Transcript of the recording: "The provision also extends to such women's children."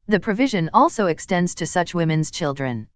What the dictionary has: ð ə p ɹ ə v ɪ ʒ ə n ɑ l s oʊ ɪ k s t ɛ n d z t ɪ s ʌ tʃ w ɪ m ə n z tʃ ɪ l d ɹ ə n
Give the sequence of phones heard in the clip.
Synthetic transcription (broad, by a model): ð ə p ɹ ə v ɪ ʒ ə n ɑ l s oʊ ɪ k s t ɛ n d z t ɪ s ʌ tʃ w ɪ m ə n z tʃ ɪ l d ɹ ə n